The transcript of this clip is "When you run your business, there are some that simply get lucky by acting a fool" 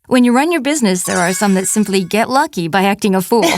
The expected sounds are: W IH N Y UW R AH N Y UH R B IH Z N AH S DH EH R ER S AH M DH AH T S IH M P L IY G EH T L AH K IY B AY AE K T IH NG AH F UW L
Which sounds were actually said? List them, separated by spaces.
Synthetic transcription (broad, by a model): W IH N Y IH R AH N Y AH R B IH Z N AH S DH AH R ER S AH M DH AH T S IH M P L IY G EH T L AH K IY B AY AE K T IH NG AH F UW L